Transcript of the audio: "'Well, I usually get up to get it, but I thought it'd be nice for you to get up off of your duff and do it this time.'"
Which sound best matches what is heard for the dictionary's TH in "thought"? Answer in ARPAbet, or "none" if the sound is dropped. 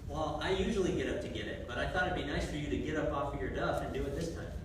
TH